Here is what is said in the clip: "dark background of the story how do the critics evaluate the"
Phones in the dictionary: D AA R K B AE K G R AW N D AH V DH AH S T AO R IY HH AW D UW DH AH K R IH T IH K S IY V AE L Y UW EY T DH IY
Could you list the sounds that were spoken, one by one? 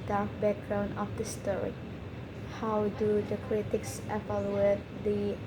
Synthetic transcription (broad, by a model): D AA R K B AE K G R AW N D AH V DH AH S T AO R IY HH AW D UW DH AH K R IH T IH K S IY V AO L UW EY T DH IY